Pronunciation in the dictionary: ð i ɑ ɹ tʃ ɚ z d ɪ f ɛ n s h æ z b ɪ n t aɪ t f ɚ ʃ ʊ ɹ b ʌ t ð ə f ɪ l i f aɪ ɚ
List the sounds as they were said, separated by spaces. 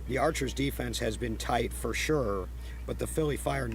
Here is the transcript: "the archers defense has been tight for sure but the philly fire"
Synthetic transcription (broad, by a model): ð i ɑ ɹ tʃ ɚ z d ɪ f ɛ n s h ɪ z b ɪ n t aɪ t f ɚ ʃ ʊ ɹ b ʌ t ð ə f ɪ l i f aɪ ɚ